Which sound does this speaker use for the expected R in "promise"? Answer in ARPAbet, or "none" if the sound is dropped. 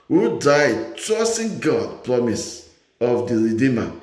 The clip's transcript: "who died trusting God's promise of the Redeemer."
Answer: R